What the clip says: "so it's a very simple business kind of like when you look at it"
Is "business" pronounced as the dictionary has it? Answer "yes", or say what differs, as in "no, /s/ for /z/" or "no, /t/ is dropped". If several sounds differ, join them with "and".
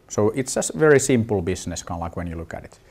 no, /s/ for /z/